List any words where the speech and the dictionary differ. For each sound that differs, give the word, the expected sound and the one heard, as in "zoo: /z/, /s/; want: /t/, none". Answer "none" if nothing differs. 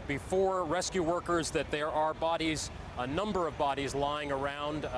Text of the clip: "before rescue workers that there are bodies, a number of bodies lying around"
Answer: none